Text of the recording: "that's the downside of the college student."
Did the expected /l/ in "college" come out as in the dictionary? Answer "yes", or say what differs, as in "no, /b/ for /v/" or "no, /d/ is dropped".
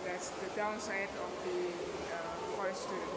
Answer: no, /l/ is dropped